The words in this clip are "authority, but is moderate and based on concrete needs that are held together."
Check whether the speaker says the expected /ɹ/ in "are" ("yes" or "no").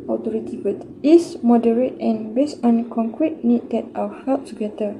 no